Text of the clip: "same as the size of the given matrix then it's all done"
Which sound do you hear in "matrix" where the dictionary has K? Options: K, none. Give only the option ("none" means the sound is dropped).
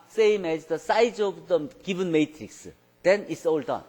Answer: K